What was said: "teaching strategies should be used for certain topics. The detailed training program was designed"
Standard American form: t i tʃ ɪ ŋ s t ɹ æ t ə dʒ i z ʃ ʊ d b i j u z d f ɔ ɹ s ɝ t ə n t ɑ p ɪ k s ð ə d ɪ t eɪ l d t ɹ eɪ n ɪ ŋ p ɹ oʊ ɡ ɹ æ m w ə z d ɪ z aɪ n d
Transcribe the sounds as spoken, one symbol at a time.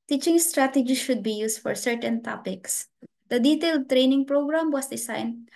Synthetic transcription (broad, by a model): t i tʃ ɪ ŋ s t ɹ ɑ t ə dʒ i ʃ ʊ d b i j u s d f ɔ ɹ s ɝ t ə n t ɑ p ɪ k s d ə d ɪ t eɪ l d t ɹ eɪ n ɪ ŋ p ɹ oʊ ɡ ɹ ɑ m w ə s d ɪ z aɪ n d